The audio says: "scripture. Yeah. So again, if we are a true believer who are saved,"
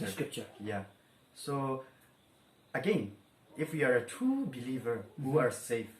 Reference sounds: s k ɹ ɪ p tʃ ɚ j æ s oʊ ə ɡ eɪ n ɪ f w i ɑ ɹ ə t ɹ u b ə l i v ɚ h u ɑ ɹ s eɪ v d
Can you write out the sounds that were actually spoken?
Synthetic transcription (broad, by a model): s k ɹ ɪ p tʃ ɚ j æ s oʊ ə ɡ eɪ n ɪ f w i ɑ ɹ ə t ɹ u b ə l i v ɚ h u ɑ ɹ s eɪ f